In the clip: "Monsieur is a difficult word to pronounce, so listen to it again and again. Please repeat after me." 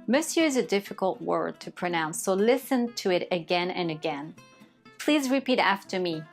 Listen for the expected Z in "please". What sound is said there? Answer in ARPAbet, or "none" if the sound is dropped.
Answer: Z